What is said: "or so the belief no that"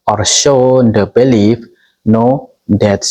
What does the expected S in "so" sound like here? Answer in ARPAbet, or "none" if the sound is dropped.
SH